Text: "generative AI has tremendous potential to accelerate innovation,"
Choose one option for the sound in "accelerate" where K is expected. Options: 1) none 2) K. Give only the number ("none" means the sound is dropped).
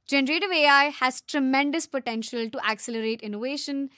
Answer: 2